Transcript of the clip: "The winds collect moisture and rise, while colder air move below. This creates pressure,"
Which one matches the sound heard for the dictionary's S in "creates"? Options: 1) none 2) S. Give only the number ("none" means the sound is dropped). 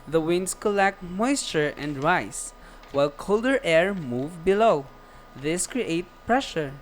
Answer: 1